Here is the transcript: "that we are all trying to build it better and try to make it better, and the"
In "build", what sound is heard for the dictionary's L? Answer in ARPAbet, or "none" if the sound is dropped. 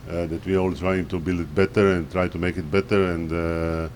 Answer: L